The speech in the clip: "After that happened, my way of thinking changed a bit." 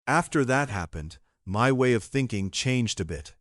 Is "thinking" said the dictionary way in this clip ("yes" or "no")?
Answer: yes